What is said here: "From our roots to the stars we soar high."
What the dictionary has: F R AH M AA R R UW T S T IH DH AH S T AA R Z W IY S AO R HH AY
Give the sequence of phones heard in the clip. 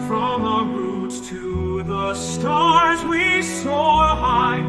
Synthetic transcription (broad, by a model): F R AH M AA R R UW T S T IH DH AH S T AA R Z W IY S AO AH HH AY